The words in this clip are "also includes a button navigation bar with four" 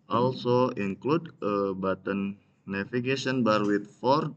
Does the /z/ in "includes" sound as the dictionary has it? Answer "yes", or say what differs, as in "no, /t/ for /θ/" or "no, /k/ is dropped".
no, /z/ is dropped